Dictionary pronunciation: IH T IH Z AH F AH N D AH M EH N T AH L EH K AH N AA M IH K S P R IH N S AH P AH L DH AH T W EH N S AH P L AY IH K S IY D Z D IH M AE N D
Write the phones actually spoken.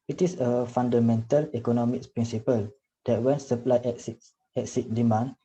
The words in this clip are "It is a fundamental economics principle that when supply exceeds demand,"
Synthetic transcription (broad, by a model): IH T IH S AH F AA N D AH M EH N T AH L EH K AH N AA M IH K P R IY N S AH P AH L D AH T W EH N S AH P L AY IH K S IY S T D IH M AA N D